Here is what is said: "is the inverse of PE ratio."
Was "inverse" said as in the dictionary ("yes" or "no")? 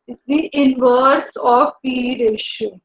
yes